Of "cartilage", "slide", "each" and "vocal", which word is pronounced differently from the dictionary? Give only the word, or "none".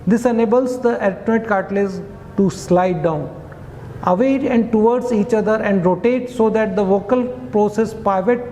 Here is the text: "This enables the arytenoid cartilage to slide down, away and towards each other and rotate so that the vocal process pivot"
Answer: cartilage